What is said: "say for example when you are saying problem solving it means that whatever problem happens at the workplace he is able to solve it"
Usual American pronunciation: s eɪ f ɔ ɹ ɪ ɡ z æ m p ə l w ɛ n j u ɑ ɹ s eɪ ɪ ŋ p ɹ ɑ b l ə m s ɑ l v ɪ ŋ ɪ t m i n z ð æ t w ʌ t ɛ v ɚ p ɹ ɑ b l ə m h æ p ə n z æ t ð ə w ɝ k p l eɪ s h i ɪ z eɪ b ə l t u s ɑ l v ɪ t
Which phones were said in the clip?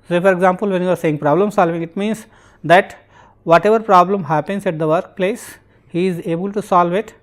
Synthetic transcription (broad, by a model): s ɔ f ɔ ɹ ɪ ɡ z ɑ m p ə l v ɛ n j u ɑ ɹ s eɪ ɪ ŋ p ɹ ɑ b l ə m s ɑ l v ɪ ŋ ɪ t m i n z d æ t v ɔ t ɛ v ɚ p ɹ ɑ b l ə m h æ p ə n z æ t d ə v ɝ k p l eɪ s h i ɪ z eɪ b ə l t u s ɑ l v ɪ t